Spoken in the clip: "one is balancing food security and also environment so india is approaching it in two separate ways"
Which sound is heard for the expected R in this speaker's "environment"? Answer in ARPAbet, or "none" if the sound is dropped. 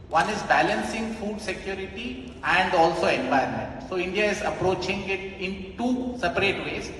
none